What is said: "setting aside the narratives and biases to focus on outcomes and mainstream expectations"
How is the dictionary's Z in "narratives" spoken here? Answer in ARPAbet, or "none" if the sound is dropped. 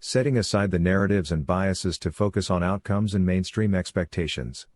Z